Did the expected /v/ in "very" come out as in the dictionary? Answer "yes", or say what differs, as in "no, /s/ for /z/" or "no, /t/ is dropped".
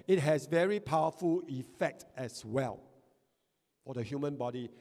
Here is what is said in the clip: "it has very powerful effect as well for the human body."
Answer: yes